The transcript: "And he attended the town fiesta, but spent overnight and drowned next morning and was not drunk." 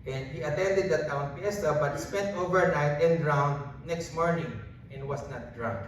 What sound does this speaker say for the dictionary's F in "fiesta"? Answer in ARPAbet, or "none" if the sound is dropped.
P